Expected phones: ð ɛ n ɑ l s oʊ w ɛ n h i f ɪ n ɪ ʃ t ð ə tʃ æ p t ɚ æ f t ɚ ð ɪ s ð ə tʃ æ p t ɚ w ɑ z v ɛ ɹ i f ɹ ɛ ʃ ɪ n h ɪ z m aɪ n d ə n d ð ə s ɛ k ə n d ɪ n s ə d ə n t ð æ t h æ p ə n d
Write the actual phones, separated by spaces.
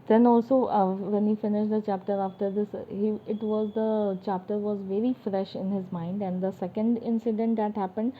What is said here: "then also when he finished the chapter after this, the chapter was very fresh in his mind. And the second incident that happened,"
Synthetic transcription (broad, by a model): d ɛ n ɑ l s oʊ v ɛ n h i f ɪ n ɪ ʃ t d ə tʃ æ p t ɚ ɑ f t ɚ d ɪ s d ə tʃ æ p t ɚ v ɑ z v ɛ ɹ i f ɹ ɛ ʃ ɪ n h ɪ z m aɪ n d ə n d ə s ɛ k ə n d ɪ n s ə d ə n t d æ t h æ p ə n d